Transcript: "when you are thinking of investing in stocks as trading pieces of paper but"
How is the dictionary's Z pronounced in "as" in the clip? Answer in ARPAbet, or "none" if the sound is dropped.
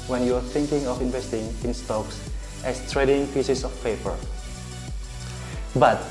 S